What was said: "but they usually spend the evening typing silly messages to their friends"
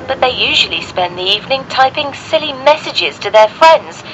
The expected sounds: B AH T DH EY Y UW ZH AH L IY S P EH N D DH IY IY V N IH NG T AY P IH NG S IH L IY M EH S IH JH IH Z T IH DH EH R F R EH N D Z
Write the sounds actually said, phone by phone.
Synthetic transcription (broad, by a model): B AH T DH EY Y UW ZH AH L IY S P EH N DH IY IY V N IH NG T AY P IH NG S IH L IY M EH S IH JH IH Z T IH DH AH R F R EH N D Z